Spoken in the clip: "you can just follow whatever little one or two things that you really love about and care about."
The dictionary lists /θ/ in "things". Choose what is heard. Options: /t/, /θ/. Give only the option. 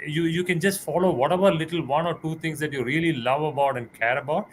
/t/